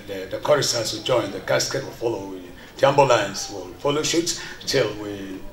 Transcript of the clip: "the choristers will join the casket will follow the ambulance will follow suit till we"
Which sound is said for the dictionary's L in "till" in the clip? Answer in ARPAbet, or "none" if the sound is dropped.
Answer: L